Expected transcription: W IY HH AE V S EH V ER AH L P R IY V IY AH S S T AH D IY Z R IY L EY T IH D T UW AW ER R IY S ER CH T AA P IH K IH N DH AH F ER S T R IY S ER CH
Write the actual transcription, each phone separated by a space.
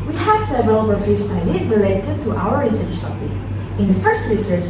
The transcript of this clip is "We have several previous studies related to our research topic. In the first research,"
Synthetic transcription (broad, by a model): W IY HH AE V S EH V ER AH L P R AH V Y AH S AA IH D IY R IY L EY T IH D T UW AW ER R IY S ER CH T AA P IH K IH N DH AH F ER S T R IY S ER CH